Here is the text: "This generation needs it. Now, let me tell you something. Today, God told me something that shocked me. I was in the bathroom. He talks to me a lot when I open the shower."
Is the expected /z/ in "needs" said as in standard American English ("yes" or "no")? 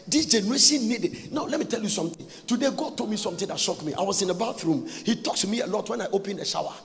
no